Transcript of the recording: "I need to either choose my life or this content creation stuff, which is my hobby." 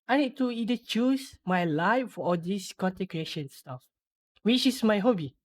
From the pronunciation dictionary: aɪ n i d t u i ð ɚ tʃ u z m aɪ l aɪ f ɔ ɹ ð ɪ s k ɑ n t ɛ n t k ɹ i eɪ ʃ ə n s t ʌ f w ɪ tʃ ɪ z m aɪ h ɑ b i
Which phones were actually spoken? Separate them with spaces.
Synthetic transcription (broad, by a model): aɪ n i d t u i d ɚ tʃ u s m aɪ l aɪ f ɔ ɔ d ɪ s k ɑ n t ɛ k ɹ i eɪ ʃ ə n s t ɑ f w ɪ tʃ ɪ s m aɪ h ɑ b i